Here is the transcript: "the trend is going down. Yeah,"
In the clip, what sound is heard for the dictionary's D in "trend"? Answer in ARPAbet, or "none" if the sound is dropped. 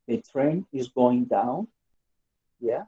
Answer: none